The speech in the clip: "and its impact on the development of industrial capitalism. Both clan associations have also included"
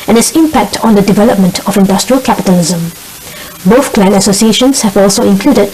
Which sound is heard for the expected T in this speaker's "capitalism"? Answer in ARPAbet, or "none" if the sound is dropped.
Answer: T